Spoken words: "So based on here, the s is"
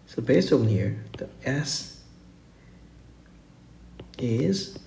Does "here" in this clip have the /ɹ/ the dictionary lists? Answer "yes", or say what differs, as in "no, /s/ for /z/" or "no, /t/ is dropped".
yes